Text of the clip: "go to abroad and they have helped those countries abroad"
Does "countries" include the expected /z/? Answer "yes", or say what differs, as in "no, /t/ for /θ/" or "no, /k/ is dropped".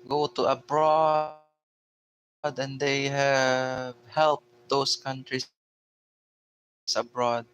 no, /s/ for /z/